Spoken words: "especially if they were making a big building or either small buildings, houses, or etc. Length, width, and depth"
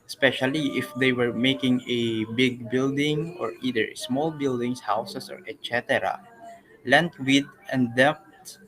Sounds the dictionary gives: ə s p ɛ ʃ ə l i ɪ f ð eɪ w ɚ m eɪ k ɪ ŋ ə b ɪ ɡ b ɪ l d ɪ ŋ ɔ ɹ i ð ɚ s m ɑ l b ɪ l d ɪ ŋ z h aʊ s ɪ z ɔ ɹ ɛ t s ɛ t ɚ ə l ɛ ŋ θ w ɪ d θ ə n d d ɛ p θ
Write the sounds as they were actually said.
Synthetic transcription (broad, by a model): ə s p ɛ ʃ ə l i ɪ f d eɪ w ɚ m eɪ k ɪ ŋ ə b ɪ ɡ b ɪ l d ɪ ŋ ɔ ɹ i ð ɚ s m ɑ l b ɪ l d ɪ ŋ s h aʊ s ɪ s ɔ ɹ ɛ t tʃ ɛ t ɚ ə l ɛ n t w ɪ d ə n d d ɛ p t